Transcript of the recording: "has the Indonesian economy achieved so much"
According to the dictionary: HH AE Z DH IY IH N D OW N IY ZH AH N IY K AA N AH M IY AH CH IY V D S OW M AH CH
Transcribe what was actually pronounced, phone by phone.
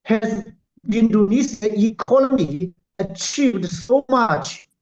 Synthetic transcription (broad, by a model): HH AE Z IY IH N D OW N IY S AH IY K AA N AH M IY AH CH IY V D S OW M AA CH